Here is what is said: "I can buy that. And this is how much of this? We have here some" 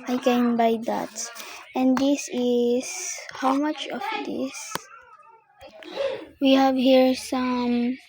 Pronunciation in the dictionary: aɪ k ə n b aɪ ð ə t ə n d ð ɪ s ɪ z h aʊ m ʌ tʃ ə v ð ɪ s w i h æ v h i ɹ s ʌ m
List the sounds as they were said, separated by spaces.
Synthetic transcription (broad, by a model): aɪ k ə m b aɪ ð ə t ə n d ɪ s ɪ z h aʊ m ʌ tʃ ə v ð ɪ s w i h æ v h i ɹ s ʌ m